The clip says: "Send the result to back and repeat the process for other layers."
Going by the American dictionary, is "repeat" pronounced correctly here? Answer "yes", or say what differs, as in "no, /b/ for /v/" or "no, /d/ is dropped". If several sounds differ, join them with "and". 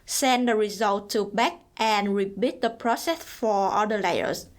no, /b/ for /p/